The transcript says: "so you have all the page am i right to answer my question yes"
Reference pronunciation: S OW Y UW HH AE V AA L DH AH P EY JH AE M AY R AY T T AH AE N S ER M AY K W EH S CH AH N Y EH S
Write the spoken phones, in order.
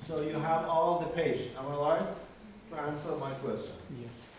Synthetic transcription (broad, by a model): S OW Y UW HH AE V AA L DH AH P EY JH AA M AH L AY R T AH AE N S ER M AY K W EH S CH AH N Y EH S